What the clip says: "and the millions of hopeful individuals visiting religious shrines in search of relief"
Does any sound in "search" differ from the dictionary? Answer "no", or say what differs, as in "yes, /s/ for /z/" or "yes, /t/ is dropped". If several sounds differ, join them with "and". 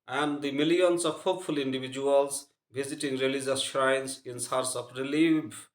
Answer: yes, /s/ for /tʃ/